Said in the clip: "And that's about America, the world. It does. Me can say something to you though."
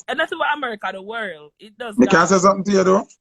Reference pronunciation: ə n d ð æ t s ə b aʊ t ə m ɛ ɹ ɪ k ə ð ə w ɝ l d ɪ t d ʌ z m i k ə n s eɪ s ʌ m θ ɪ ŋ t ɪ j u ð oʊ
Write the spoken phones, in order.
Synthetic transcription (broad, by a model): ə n ð æ t s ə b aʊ ə m ɛ ɹ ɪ k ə ð ə w ɝ l d ɪ t d ʌ z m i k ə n s eɪ s ʌ m θ ɪ ŋ t ɪ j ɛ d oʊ